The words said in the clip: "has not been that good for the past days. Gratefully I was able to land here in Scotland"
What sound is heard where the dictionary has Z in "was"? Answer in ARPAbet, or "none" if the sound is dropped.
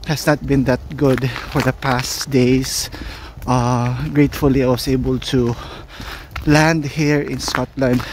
S